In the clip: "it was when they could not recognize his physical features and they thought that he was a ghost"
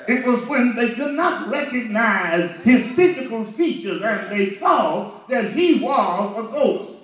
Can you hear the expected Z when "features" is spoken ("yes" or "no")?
yes